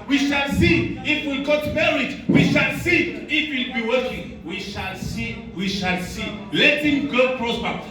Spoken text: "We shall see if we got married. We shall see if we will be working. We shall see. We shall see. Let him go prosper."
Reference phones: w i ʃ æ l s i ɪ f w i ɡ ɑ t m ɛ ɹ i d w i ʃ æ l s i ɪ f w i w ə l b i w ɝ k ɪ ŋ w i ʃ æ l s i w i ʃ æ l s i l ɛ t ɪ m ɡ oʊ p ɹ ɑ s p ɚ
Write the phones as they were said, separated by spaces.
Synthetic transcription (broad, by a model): w i ʃ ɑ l s i ɪ f w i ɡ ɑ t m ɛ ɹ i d w i ʃ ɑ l s i ɪ f w i l b i w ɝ ɪ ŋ w i ʃ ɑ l s i w i ʃ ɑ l s i l ɛ t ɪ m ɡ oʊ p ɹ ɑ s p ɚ